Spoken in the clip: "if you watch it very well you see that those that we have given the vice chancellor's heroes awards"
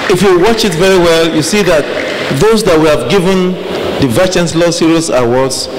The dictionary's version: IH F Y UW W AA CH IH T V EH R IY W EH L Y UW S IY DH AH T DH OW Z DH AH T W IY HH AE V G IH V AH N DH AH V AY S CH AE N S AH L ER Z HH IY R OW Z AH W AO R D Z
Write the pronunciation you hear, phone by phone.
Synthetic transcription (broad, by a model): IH F Y UW W AA CH IH T V EH R IY W EH L Y UW S IY DH AH T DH OW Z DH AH T W IY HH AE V G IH V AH N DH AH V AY CH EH N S L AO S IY R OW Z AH W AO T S